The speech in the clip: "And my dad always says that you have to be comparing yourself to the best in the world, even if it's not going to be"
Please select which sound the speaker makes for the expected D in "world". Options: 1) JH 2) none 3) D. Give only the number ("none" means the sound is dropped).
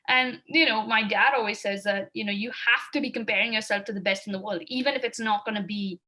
3